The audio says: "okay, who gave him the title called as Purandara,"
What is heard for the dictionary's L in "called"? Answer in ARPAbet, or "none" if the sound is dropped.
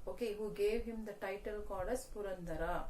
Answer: none